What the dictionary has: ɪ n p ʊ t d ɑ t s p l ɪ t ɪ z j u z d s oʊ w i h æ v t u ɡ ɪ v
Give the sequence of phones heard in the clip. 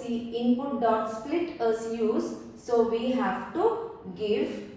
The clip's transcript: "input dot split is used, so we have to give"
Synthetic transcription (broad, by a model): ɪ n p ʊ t d ɑ t s p l ɪ t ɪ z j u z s oʊ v i h æ v t u ɡ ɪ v